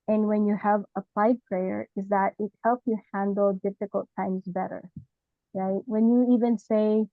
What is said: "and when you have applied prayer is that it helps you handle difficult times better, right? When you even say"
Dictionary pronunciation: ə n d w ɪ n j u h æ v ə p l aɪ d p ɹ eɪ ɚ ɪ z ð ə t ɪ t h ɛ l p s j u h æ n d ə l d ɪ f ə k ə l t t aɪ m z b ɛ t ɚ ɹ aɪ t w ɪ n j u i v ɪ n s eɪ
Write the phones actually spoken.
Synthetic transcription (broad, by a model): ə n w ɪ n j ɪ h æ v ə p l aɪ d p ɹ eɪ ɚ ɪ z ð ə t ɪ t h ɛ l p s j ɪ h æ n d l d ɪ f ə k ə l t t aɪ m z b ɛ t ɚ ɹ aɪ t w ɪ n j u i v ɪ n s eɪ